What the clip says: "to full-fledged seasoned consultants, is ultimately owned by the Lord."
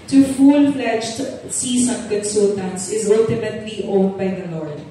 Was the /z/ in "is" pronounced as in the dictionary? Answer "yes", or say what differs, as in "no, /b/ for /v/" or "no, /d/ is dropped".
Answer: yes